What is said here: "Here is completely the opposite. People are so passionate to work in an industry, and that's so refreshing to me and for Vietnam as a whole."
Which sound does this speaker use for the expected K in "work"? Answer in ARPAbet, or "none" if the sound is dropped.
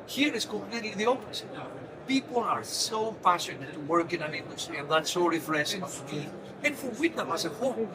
K